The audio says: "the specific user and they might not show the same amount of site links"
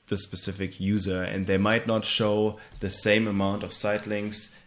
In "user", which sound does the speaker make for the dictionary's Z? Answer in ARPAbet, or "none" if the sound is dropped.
Z